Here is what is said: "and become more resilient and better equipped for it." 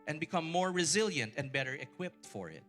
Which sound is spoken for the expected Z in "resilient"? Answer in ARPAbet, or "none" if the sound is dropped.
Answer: Z